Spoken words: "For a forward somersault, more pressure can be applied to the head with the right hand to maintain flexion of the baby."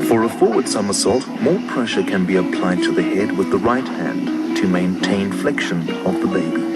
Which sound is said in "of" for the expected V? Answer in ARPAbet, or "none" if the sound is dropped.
V